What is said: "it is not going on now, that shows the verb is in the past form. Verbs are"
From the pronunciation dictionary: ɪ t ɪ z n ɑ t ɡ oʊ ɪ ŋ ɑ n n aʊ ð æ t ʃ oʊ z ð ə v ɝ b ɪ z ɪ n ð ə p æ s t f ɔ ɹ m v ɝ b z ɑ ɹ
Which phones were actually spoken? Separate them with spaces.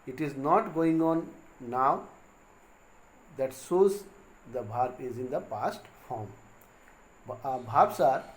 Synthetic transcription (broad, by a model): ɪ t ɪ z n ɑ t ɡ oʊ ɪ ŋ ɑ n n aʊ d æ t s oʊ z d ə b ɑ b ɪ z ɪ n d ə p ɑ s t f ɔ ɹ m b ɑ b s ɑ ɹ